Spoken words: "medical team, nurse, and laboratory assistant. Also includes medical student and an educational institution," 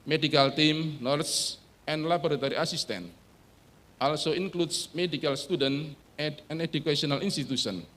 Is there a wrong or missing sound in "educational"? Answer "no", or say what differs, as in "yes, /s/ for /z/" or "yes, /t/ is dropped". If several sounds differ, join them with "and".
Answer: yes, /ʃ/ is dropped